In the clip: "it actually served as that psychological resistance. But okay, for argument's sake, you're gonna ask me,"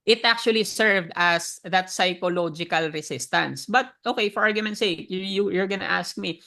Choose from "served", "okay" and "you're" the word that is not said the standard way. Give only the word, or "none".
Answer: none